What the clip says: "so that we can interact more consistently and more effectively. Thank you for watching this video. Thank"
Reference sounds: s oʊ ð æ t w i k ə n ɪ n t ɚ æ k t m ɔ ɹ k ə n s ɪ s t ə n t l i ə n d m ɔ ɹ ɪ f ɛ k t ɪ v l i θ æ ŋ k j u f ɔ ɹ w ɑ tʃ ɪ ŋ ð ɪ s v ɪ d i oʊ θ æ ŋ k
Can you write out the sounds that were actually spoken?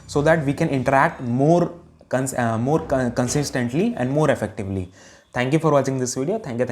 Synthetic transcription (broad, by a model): s oʊ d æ t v i k ə n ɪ n t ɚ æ k t m ɔ ɹ k ə n s ɪ s t ə n t l i ə n d m ɔ ɹ ɪ f ɛ k t ɪ v l i t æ ŋ k j u f ɔ ɹ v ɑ tʃ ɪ ŋ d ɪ s v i d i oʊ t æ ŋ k